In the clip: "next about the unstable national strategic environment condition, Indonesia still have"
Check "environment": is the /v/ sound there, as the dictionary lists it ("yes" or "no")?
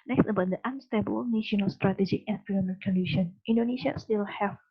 no